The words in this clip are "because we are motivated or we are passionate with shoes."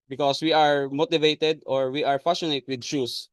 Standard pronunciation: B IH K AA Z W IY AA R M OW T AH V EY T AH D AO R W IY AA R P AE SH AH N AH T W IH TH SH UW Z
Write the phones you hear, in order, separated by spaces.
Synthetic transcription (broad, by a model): B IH K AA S W IY AA R M OW T AH V EY T AH D AO R W IY AA R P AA S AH N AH T W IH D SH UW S